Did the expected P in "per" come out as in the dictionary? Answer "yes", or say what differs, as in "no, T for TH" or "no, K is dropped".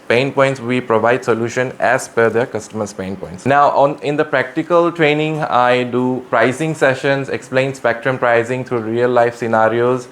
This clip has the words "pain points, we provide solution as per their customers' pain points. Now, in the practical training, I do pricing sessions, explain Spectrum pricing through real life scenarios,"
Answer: no, F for P